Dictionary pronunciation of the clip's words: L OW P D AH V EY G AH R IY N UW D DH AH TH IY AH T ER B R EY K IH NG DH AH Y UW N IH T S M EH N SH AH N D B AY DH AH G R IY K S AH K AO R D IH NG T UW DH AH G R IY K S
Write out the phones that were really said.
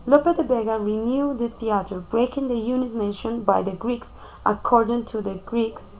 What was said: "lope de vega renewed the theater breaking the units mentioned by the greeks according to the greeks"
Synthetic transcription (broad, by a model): L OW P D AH B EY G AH R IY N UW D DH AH TH IY AH T ER B R EY K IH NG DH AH Y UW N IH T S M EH SH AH N B AY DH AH G R IY K S AH K AO R D IH NG T UW DH AH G R IY K S